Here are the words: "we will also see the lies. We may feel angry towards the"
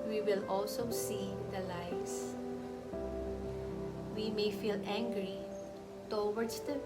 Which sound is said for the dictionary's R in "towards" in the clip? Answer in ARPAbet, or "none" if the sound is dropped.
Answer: W